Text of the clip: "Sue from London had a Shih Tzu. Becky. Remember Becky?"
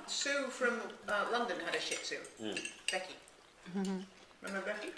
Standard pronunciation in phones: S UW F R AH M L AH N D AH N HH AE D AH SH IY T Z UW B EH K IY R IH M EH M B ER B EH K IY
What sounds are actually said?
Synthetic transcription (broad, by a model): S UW F R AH M L AH N D AH N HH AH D AH SH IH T S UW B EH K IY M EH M ER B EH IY